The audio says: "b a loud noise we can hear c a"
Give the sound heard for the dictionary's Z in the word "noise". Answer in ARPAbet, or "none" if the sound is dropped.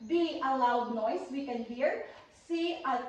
S